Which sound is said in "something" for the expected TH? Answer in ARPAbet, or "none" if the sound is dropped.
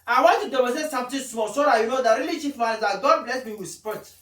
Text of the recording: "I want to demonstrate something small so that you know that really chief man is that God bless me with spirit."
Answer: T